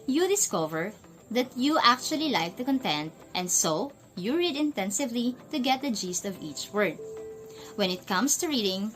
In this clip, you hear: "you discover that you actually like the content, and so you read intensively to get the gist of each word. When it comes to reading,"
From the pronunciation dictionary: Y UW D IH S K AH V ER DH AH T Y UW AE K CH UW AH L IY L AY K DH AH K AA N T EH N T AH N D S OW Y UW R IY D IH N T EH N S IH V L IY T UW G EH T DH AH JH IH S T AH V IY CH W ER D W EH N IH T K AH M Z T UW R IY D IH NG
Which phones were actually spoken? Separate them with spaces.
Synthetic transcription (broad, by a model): Y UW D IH S K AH V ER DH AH T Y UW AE K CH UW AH L IY L AY K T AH K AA N T EH N T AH N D S OW Y UW R IY D IH N T EH N S IH V L IY T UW G EH T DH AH JH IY S T AH V IY CH W ER D W EH N IH T K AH M S T UW R IY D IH NG